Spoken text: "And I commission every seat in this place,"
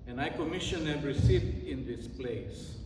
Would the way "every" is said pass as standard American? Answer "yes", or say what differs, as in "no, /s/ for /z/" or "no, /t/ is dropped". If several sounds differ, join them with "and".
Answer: no, /v/ is dropped